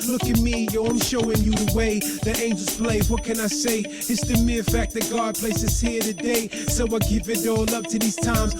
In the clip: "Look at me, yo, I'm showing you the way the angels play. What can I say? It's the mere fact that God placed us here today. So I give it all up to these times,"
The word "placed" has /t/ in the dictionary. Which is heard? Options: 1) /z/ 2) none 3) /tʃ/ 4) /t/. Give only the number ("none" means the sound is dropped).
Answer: 2